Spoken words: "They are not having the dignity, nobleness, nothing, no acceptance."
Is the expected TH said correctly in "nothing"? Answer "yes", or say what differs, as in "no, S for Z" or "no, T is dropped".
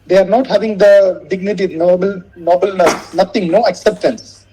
no, T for TH